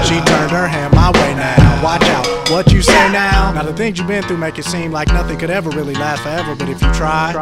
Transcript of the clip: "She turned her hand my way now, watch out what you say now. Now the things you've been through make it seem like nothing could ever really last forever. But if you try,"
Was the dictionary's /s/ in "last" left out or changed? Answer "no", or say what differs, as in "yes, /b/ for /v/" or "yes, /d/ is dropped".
yes, /s/ is dropped